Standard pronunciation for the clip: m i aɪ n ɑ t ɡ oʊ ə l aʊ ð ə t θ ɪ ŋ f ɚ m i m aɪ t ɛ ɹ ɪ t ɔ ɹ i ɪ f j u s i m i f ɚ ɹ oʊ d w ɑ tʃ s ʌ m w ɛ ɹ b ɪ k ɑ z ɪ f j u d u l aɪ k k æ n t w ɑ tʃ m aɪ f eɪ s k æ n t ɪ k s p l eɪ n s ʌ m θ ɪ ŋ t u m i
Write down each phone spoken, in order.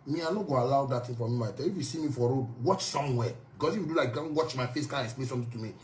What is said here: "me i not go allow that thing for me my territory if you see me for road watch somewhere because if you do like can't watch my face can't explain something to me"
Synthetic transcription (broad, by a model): m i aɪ n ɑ ɡ oʊ ə l aʊ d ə t t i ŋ f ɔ m i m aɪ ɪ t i ɪ f j u s i m i f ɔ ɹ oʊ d w ɑ tʃ s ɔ m w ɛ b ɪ k ɑ s ɪ f j u d u l aɪ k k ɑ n w ɑ tʃ m aɪ f eɪ s k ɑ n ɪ k s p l eɪ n s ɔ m t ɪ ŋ t u m i